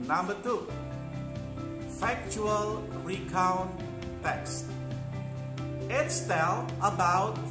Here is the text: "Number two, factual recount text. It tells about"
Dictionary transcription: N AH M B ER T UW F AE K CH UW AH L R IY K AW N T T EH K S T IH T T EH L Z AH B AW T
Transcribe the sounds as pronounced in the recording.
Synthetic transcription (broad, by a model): N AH M B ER T UW F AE K CH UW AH L R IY K AW N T T EH K S T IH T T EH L AH B AW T